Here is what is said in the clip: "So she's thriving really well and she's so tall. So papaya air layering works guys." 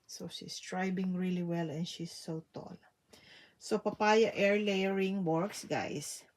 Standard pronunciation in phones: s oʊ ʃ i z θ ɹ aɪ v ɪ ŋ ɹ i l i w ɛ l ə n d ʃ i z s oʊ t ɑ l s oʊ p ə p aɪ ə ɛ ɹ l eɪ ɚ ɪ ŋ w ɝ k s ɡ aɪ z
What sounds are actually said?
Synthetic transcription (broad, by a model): s oʊ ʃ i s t ɹ aɪ b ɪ ŋ ɹ i l i w ɛ l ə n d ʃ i s oʊ t ɑ l s oʊ p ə p aɪ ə ɛ ɹ l eɪ ɚ ɪ ŋ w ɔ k s ɡ aɪ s